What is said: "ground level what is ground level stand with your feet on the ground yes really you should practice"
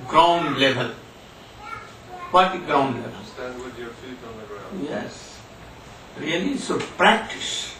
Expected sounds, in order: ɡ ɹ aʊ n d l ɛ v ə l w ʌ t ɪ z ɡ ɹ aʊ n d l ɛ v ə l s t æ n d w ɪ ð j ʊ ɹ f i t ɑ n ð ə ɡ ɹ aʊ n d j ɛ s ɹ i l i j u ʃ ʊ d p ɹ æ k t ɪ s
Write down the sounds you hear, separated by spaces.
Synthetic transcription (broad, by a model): ɡ ɹ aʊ n d l ɛ v ə l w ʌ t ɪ ɡ ɹ aʊ n d l ɛ v ə l s t æ n d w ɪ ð j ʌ ɹ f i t n ð ə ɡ ɹ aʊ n j ɛ s ɹ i i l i s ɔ p ɹ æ k t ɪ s